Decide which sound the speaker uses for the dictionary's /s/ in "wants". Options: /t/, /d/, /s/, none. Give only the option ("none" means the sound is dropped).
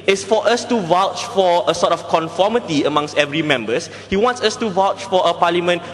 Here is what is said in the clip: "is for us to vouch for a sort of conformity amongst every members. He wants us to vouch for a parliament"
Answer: /s/